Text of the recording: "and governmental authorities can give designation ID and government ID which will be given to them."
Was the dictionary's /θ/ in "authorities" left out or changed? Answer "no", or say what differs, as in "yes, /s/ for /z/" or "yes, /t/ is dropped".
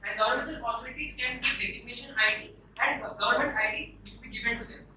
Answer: yes, /s/ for /θ/